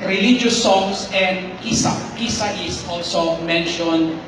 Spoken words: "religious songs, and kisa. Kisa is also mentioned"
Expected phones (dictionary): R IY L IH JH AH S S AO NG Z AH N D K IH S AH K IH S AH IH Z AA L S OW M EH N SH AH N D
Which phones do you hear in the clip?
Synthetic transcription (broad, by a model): R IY L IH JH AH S S AO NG S AH N D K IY S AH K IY S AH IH S AA L S OW M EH N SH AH N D